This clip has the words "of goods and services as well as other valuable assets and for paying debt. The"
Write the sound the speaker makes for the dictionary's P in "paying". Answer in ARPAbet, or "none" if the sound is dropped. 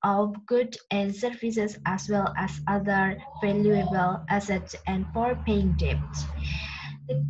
P